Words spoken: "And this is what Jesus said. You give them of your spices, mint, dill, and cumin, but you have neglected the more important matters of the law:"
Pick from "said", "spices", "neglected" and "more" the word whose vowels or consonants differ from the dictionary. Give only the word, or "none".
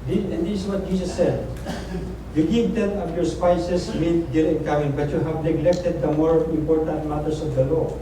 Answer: spices